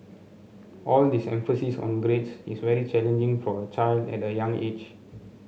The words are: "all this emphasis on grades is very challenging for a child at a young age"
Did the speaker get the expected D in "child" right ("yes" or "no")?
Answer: yes